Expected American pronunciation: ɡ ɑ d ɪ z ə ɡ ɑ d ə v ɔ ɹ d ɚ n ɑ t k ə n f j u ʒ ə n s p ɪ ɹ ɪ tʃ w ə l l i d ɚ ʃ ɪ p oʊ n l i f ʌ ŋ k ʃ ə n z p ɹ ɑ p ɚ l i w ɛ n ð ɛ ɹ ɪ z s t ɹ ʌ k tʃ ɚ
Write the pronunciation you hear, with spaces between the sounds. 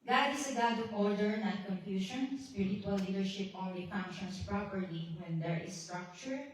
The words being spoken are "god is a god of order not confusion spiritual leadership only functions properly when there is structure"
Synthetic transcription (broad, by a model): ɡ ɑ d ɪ s ə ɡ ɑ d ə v ɔ ɹ d ɚ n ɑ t k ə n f j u ʃ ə n s p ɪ ɹ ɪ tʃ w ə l l i d ɚ ʃ ɪ p oʊ n l i f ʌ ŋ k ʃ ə n s p ɹ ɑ p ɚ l i w ɛ n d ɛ ɹ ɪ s t ɹ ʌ k tʃ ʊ